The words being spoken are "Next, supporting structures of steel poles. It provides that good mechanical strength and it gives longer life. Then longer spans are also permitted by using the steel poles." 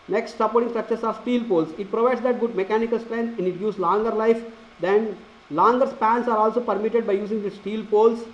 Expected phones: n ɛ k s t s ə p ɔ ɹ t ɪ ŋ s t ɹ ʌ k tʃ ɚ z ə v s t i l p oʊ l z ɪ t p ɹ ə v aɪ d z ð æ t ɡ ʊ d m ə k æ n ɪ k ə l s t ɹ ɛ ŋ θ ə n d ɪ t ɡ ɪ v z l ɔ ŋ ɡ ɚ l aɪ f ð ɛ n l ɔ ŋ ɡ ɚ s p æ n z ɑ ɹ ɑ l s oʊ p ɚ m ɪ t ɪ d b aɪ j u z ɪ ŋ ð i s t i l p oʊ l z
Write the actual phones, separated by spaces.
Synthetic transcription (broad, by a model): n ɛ k s t s ə p ɔ ɹ t ɪ ŋ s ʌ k s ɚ s ə v s t i l p oʊ l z ɪ t p ɹ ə v aɪ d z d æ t ɡ ʊ d m ə k æ n ɪ k ə l s t ɹ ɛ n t ə n d ɪ t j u z l ɔ ŋ ɡ ɚ l aɪ f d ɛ n l ɔ ŋ ɡ ɚ s p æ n s ɑ ɹ ɑ l s oʊ p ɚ m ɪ t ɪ d b aɪ j u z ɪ ŋ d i s t i l p oʊ l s